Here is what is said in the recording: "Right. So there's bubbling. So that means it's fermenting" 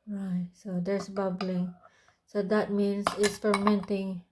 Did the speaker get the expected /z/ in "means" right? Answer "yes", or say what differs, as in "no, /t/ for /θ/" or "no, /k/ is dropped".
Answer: no, /s/ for /z/